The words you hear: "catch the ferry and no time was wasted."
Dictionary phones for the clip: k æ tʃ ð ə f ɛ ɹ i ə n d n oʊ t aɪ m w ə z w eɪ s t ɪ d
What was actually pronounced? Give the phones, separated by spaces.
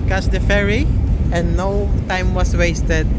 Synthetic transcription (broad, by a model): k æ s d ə f ɛ ɹ i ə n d n oʊ t aɪ m w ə s w eɪ s t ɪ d